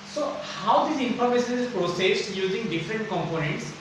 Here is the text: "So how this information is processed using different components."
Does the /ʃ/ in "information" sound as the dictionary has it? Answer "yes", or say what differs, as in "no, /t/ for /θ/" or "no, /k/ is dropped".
no, /s/ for /ʃ/